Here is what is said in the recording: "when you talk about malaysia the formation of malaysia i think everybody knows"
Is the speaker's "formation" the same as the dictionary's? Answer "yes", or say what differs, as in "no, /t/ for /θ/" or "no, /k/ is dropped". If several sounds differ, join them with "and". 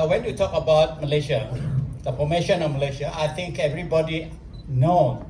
no, /p/ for /f/